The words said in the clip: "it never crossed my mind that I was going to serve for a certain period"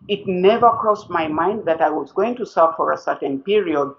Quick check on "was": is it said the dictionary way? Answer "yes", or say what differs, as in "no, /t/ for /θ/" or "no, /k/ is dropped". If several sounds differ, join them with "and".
yes